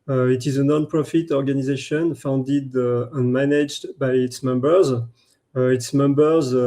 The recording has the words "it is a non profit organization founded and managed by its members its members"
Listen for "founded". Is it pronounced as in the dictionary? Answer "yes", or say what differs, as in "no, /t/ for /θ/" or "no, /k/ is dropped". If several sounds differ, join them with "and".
yes